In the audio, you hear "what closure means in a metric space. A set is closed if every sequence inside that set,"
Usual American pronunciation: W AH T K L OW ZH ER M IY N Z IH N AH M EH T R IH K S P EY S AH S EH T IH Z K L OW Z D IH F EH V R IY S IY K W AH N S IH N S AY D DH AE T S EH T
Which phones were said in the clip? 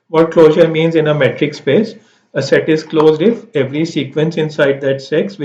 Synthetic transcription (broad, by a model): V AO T K L OW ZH ER M IY N Z IH N AH M EH T R IH K S P EY S AH S EH T IH Z K L OW Z D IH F EH V R IY S IY K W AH N S IH N S AY D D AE T S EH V